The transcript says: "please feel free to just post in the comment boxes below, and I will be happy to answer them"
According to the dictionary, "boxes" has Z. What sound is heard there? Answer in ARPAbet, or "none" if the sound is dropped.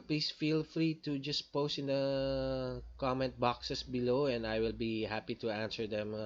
S